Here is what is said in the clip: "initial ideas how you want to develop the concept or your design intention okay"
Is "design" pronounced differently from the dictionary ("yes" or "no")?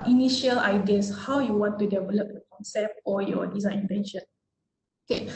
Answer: yes